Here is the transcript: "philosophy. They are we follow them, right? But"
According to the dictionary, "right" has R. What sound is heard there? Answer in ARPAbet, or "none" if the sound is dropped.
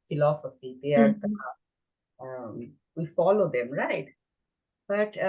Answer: R